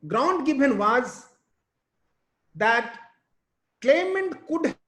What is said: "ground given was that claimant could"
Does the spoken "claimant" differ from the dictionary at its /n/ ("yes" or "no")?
no